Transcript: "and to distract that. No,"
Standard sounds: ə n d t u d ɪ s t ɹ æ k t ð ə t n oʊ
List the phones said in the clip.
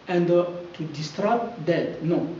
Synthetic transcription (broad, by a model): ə n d t u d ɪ s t ɹ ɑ t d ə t n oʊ